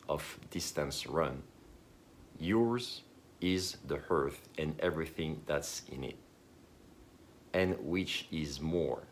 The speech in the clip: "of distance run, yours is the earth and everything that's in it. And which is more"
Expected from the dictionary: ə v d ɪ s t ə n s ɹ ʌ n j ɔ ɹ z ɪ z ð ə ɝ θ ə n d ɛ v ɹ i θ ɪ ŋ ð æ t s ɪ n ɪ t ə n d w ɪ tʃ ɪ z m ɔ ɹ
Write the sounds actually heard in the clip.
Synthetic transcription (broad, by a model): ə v d ɪ s t ə n s ɹ ʌ n j ɔ ɹ z ɪ z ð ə ɝ θ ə n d ɛ v ɹ i θ ɪ ŋ ð æ t s ɪ n ɪ t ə n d w ɪ tʃ ɪ z m ɔ ɹ